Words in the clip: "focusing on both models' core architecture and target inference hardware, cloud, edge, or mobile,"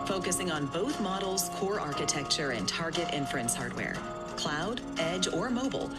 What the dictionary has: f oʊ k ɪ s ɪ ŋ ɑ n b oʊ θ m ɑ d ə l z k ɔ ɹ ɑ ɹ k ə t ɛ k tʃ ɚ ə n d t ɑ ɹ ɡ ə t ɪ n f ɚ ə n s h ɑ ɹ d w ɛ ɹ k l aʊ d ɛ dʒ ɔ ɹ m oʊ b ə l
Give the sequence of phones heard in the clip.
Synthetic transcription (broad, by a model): f oʊ k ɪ s ɪ ŋ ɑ n b oʊ θ m ɑ d l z k ɔ ɹ ɑ ɹ k ə t ɛ k tʃ ɚ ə n t ɑ ɹ ɡ ə t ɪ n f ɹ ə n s h ɑ ɹ d w ɛ ɹ k l aʊ d ɛ dʒ ɔ ɹ m oʊ b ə l